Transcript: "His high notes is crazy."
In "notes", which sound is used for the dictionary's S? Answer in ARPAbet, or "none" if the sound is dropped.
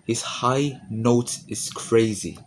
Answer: none